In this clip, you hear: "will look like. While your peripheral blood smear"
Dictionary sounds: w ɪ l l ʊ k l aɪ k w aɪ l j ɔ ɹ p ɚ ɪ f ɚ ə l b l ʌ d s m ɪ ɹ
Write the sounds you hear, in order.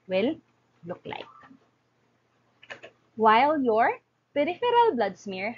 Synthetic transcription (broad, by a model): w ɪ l l ʊ k l aɪ k w aɪ l j ɔ ɹ p ɚ ɪ f ɚ ə l b l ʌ d s m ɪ ɹ